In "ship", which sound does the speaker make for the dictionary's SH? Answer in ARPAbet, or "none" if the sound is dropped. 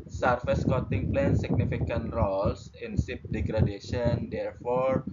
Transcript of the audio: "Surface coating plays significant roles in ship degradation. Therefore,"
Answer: S